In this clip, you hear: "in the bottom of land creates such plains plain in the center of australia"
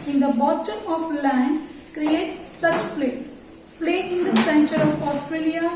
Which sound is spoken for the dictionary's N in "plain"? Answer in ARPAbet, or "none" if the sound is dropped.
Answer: none